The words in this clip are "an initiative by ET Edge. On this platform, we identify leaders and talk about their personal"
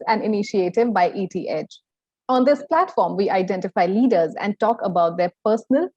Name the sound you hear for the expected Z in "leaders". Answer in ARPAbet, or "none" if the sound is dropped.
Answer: Z